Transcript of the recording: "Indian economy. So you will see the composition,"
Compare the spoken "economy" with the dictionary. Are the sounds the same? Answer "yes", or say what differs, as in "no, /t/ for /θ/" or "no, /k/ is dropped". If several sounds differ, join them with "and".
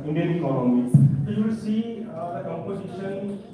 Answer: no, /l/ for /n/